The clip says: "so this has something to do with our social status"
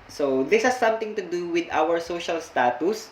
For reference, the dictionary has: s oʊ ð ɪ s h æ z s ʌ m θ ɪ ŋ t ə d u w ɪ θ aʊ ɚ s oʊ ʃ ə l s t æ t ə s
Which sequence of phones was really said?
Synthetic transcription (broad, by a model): s oʊ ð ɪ s h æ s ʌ m t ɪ ŋ t ə d u w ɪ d aʊ ɚ s oʊ ʃ ə l s t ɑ t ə s